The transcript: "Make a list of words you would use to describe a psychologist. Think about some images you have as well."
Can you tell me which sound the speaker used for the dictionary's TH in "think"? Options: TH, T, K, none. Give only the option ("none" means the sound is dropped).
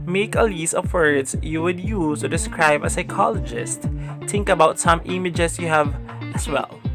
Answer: T